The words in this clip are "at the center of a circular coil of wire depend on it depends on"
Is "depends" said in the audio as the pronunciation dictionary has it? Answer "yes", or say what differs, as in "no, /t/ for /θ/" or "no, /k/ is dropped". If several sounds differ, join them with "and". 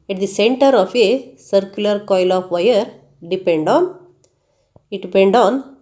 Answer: no, /z/ is dropped